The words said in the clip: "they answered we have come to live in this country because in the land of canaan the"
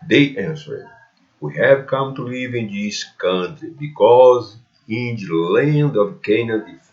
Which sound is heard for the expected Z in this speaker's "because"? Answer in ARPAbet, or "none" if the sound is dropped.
Z